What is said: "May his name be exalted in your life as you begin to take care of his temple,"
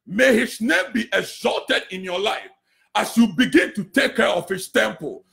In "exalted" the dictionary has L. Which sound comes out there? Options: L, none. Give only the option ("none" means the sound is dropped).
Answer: L